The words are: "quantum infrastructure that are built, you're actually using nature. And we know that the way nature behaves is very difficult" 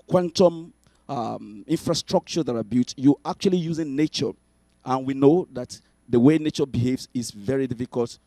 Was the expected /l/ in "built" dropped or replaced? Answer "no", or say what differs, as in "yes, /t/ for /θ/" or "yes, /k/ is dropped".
yes, /l/ is dropped